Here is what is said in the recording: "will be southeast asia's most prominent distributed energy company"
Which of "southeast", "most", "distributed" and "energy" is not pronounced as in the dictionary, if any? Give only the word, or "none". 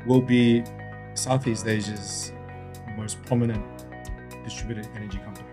none